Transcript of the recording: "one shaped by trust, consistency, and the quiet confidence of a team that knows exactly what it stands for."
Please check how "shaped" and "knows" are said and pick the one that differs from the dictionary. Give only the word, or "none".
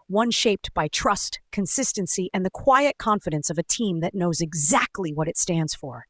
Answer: none